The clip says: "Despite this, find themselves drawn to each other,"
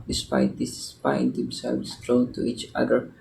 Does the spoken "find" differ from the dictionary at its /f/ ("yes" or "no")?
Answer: yes